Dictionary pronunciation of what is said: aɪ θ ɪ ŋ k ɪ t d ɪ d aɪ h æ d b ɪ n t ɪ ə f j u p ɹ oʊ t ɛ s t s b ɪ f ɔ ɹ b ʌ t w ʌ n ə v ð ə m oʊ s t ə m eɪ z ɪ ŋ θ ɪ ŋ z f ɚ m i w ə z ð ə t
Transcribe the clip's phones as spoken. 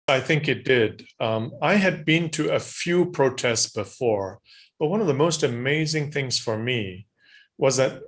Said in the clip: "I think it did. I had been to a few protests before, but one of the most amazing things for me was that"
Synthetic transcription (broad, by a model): aɪ θ ɪ ŋ k ɪ t d ɪ d aɪ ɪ d b ɪ n t ɪ ə f j u p ɹ oʊ t ɛ s t s b ɪ f ɔ ɹ b ʌ t w ʌ n ə v ð ə m oʊ s t ə m eɪ z ɪ ŋ θ ɪ ŋ z f ɚ m i w ə z ð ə t